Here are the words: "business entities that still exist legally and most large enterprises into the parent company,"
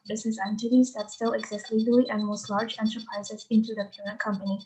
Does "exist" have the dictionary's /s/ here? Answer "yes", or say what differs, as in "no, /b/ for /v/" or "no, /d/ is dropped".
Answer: yes